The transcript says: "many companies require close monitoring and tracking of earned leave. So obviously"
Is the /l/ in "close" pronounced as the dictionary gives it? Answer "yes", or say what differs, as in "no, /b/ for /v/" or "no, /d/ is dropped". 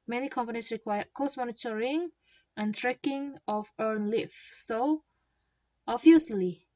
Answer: no, /l/ is dropped